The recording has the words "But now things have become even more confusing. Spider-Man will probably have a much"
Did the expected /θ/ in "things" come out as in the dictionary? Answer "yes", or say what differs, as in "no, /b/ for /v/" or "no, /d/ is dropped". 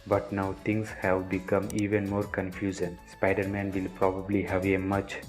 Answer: no, /t/ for /θ/